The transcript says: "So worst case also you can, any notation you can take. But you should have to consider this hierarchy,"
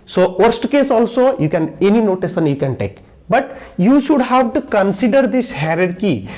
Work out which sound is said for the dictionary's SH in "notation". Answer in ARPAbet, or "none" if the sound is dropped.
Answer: S